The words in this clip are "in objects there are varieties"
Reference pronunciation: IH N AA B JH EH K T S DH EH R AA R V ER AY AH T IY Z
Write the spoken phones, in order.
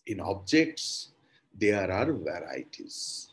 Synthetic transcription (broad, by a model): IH N AA B JH EH K T S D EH R AA R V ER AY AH T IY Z